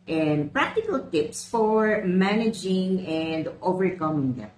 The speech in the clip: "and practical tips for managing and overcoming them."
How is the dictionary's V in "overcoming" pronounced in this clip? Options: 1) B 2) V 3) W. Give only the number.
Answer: 2